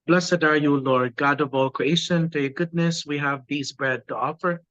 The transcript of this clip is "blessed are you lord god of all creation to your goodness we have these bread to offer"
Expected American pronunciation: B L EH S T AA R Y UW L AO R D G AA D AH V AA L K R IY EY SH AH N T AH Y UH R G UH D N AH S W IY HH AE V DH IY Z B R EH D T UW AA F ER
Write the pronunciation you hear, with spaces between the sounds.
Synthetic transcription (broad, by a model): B L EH S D AA R Y UW L AO R D G AA D AH V AA L K R IY EY SH AH N T AH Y G UH D N AH S W IY HH AE V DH IY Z B R EH D T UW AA F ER